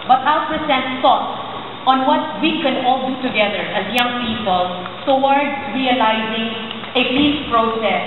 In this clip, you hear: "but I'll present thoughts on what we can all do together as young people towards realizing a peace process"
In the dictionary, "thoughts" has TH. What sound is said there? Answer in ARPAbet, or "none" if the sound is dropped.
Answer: S